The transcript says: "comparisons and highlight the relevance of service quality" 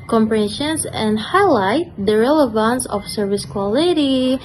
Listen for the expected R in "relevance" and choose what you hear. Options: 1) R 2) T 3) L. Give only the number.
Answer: 1